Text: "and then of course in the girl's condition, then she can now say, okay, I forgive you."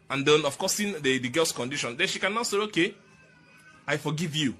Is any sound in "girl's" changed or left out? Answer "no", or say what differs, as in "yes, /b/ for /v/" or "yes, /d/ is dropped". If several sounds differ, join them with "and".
yes, /s/ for /z/